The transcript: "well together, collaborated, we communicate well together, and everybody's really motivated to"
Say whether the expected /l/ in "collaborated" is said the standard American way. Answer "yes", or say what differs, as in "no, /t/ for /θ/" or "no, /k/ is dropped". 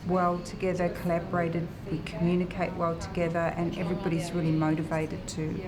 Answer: yes